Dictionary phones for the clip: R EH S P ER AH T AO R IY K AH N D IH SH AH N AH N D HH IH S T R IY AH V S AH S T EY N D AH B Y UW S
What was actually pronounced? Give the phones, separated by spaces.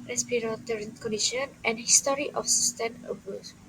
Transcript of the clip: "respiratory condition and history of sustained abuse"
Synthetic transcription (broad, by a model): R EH S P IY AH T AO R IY K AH N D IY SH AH N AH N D HH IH S T R IY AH F S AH S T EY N AH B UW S